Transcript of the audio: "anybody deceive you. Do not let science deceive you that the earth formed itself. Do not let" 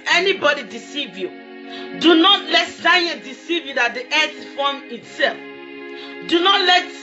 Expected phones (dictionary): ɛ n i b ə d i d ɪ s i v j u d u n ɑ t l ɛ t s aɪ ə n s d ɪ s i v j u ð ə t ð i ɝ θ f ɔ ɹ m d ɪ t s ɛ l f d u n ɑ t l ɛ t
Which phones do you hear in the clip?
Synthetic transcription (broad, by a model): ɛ n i b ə d i d ɪ s i v j u d u n ɑ t l ɛ t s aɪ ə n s d ɪ s i v j u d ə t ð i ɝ s f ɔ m ɪ t s ɛ l f d u n ɑ t l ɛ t